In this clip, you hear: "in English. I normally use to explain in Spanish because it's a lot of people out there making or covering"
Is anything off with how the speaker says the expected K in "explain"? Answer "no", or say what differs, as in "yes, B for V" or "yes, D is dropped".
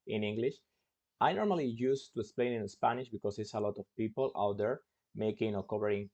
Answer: no